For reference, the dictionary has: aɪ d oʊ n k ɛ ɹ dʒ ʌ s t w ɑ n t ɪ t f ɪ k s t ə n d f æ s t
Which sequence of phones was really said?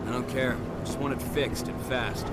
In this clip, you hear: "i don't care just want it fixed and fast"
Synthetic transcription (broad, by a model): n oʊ k ɛ ɹ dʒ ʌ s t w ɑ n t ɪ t f ɪ k s t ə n f æ s t